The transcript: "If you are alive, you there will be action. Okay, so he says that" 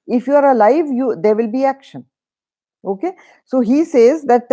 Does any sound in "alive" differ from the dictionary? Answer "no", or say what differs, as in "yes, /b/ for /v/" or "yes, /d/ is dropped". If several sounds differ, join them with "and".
no